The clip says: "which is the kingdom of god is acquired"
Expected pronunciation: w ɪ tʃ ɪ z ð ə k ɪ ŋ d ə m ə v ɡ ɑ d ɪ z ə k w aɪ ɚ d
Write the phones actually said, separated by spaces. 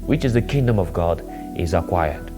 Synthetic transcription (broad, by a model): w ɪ tʃ ɪ z ð ə k ɪ ŋ d ə m ə v ɡ ɑ d ɪ z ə k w aɪ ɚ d